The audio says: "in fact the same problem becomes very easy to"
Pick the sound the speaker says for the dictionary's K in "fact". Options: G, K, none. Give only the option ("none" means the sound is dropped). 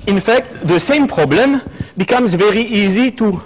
K